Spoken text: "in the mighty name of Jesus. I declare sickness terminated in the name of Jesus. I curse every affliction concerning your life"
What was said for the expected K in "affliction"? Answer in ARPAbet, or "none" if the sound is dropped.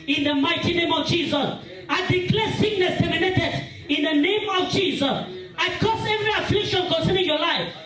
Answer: K